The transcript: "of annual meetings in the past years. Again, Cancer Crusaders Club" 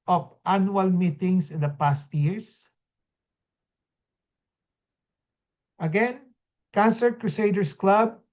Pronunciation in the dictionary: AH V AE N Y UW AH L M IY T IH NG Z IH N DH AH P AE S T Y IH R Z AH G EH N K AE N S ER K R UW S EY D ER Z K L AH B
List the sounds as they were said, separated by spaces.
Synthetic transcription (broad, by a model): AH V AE N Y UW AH L M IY T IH NG S IH N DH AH P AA S T Y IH R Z AH G EH N K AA N S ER K R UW S EY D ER S K L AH B